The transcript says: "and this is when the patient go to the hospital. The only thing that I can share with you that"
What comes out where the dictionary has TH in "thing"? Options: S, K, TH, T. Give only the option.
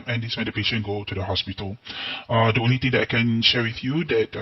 T